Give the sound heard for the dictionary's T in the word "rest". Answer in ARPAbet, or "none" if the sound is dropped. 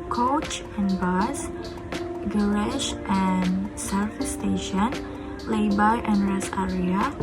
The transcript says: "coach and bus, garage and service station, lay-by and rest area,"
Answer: none